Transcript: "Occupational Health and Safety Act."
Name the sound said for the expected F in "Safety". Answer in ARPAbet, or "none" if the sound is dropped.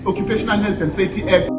none